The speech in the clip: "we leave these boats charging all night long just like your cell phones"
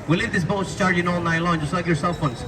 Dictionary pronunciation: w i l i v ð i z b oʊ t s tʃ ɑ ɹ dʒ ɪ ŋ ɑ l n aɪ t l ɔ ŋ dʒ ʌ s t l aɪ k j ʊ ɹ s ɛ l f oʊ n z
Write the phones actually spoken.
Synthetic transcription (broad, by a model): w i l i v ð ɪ s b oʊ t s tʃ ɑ ɹ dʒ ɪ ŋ ɑ l n aɪ t l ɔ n dʒ ʌ s t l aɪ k j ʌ ɹ s ɛ l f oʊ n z